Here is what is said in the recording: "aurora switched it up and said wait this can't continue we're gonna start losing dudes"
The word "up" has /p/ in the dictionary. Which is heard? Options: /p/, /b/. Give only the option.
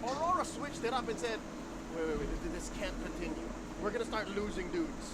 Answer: /b/